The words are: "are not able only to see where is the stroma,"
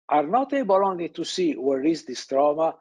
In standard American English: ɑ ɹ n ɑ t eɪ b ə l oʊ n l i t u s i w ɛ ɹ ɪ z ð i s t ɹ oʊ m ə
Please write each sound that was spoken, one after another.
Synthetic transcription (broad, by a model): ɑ ɹ n ɑ t eɪ b ə l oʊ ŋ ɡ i t u s i w ɛ ɹ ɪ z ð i s t ɹ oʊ m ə